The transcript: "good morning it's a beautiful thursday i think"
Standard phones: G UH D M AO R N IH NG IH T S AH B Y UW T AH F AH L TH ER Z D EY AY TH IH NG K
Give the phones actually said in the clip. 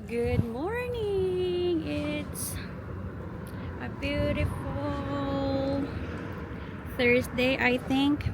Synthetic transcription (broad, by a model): G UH D M AO R N IH NG IH T S AH B Y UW T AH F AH L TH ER S D EY AY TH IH NG K